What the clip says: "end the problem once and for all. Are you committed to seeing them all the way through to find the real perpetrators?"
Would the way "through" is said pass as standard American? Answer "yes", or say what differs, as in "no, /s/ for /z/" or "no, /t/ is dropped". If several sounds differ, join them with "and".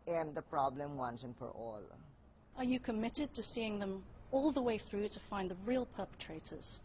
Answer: yes